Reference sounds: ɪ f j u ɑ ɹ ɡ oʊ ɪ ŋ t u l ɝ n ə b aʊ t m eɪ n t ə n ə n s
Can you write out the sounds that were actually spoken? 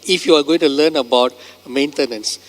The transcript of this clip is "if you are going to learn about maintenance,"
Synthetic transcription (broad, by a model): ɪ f j u ɑ ɹ ɡ oʊ ɪ ŋ t u l ɝ n ə b aʊ t m eɪ n t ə n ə n s